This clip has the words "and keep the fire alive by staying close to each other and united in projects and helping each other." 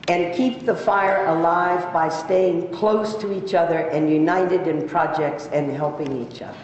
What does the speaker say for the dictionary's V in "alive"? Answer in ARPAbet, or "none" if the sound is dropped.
V